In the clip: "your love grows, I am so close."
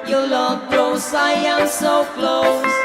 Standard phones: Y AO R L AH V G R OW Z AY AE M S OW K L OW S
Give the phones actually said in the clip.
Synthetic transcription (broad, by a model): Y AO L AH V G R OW S AY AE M S OW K L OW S